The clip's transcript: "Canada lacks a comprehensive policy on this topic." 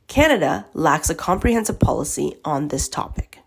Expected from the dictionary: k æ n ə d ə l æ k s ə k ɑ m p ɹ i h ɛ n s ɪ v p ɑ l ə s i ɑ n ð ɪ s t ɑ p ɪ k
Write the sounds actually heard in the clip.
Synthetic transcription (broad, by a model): k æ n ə d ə l æ k s ə k ɑ m p ɹ i h ɛ n s ɪ v p ɑ l ə s i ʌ n ð ɪ s t ɑ p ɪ k